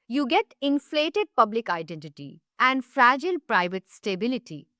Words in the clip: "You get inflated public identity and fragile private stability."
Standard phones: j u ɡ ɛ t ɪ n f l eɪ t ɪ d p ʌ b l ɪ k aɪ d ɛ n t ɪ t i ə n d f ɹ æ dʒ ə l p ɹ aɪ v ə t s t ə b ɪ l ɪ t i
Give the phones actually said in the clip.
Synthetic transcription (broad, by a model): j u ɡ ɛ t ɪ n f l eɪ t ɪ d p ʌ b l ɪ k aɪ d ɛ n t ɪ t i ə n d f ɹ æ dʒ ə l p ɹ aɪ v ə t s t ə b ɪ l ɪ t i